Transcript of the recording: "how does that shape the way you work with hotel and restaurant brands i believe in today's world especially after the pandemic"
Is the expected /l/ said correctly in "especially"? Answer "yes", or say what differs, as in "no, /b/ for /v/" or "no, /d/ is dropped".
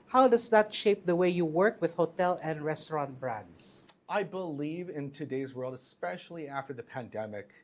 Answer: yes